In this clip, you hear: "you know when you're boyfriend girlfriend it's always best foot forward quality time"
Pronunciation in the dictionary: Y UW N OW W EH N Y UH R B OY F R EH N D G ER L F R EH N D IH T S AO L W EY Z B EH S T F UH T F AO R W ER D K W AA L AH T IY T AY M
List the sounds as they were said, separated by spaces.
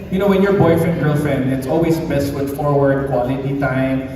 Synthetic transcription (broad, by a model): Y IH N OW W EH N Y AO R B OY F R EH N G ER L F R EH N IH T S AO L W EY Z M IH S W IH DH F AO R W ER D K W AA L AH T IY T AY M